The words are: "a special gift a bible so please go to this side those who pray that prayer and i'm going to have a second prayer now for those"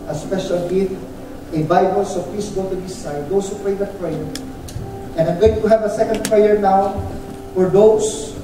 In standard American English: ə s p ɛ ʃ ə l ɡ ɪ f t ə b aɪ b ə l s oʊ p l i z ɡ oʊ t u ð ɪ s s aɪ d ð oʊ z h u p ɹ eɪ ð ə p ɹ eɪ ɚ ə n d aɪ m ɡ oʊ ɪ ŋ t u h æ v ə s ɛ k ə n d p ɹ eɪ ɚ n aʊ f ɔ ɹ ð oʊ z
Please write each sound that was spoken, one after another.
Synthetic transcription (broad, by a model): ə s p ɛ ʃ ə l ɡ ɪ t ə b aɪ b ə l s oʊ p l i s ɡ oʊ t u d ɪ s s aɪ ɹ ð oʊ s h u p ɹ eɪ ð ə p ɹ eɪ ɚ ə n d aɪ m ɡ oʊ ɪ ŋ t u h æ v ə s ɛ k ə n d p ɹ eɪ ɚ n aʊ f ɔ ɹ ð oʊ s